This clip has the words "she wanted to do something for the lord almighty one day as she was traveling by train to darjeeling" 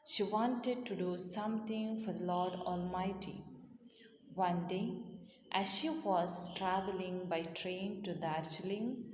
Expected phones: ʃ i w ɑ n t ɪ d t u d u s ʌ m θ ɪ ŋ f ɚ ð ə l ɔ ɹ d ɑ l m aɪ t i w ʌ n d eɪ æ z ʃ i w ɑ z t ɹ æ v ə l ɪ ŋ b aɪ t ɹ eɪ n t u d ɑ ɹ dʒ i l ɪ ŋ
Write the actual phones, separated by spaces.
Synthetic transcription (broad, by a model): ʃ i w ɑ n t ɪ d t u d u s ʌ m t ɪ ŋ f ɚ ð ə l ɔ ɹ d ɑ l m aɪ t i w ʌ n d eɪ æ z ʃ i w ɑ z t ɹ æ v ə l ɪ ŋ b aɪ t ɹ eɪ n t u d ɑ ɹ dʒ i l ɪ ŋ